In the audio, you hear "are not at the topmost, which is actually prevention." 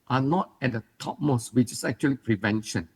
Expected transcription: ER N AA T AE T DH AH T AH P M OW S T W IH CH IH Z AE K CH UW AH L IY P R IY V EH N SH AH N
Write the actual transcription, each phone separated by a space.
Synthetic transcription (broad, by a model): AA N AA T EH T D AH T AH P M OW S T W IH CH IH S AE K CH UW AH L IY P R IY V EH N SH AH N